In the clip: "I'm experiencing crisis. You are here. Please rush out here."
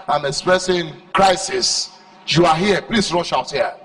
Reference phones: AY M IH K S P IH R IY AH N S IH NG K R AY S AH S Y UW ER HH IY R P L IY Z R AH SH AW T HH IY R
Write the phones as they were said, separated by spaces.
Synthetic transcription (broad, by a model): AY M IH K S P R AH S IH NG K R AY S AH S Y UW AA HH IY P L IY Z R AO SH AW T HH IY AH